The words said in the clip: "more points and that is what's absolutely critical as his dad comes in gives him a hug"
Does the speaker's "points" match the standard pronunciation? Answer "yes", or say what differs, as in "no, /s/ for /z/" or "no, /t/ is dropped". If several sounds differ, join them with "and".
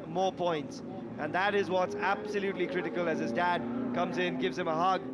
yes